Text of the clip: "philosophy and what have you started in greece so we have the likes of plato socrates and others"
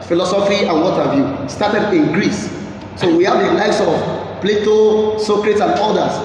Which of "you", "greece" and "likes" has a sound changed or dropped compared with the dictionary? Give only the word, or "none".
likes